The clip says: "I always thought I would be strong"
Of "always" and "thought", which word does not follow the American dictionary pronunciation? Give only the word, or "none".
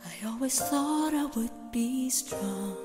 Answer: none